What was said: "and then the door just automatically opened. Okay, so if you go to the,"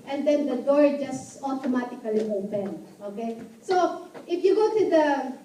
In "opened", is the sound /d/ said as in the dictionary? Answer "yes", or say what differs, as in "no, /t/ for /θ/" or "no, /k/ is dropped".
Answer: no, /d/ is dropped